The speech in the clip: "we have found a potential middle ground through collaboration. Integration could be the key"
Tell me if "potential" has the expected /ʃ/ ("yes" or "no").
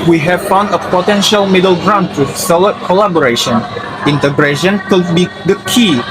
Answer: yes